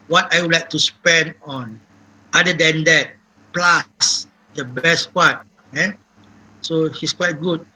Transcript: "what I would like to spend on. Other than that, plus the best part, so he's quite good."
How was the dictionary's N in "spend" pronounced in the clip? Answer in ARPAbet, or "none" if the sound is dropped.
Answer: N